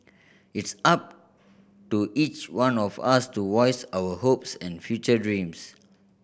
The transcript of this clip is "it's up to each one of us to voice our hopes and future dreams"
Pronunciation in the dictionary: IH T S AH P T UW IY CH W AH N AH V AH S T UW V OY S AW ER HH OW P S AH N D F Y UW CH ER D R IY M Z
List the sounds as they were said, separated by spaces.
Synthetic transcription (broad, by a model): IH T S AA P T UW IY CH W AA N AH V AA S T UW W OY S AW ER HH OW P S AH N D F Y UW CH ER D R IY M S